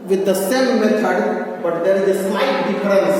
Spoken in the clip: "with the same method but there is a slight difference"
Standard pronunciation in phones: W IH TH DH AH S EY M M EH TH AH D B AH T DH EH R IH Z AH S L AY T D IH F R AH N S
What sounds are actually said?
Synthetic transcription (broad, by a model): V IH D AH S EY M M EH F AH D B AH T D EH R IH Z AH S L AY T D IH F R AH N S